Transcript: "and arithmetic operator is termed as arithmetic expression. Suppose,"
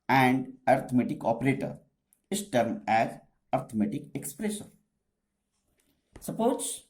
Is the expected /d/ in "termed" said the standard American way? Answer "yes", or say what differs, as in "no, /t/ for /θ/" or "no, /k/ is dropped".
no, /d/ is dropped